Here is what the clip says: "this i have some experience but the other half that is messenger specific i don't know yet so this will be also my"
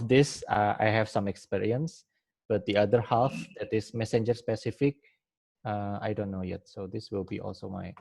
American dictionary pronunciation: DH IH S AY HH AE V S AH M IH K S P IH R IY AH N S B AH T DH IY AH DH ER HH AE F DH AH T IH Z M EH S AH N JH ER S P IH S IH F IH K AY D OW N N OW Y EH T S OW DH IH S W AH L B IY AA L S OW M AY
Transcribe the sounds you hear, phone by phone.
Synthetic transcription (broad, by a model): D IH S AY HH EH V S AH M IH K S P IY R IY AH N S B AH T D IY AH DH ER HH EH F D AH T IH S M EH S AH N JH ER S P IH S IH F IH K AY D OW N N OW Y EH T S OW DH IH S W AH L B IY AA L S OW M AY